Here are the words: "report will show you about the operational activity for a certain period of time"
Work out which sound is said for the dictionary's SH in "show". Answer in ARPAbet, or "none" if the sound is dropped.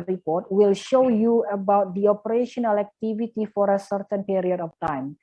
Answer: SH